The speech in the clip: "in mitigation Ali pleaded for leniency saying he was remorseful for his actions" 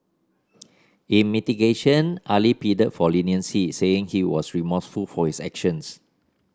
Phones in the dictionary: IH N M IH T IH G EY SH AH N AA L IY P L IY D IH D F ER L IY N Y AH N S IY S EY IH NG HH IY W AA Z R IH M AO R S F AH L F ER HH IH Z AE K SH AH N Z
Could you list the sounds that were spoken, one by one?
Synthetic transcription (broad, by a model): IH N M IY T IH G EY SH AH N AA L IY P IY D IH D F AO L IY N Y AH N S IY S EY IH NG HH IY W AA S R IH M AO S F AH L F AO HH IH S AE K SH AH N S